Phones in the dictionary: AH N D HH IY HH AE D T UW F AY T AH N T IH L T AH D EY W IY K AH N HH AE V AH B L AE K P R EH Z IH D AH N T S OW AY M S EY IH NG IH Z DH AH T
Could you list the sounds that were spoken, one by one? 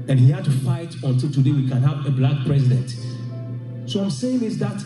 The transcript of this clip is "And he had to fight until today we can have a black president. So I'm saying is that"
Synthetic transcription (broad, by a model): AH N HH IY HH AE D T UW F AY T AH N T IH L T AH D EY W IY K AH N HH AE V AH B L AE K P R EH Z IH D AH N T S OW AY M S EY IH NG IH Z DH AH T